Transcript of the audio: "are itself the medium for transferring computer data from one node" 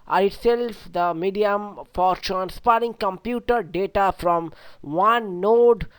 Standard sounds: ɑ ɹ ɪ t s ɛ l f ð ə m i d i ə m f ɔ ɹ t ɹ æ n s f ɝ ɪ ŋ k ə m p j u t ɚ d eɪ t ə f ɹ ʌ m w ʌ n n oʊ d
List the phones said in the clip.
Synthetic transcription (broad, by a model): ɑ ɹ ɪ t s ɛ l f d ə m i d i ə m f ɔ ɹ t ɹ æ n s p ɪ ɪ ŋ k ə m p j u t ɚ d eɪ t ə f ɹ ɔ m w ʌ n n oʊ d